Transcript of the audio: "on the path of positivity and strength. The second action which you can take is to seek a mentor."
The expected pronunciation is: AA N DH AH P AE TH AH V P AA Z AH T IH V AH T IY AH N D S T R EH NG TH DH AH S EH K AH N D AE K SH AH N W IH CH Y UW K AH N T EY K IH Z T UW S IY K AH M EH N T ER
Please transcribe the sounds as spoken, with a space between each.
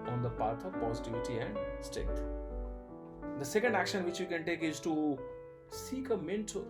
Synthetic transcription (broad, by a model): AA N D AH P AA T AH V P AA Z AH T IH V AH T IY AH N D S T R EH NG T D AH S EH K AH N D AE K SH AH N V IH CH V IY K AH N T EY K IH Z T UW S IY K AH M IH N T